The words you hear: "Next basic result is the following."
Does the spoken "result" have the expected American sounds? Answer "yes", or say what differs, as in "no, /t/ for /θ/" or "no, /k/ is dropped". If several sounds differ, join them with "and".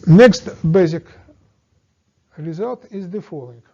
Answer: yes